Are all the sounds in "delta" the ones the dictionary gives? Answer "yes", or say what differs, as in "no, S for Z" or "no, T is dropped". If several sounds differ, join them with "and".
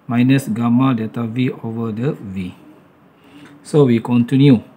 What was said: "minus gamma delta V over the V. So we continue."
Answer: no, L is dropped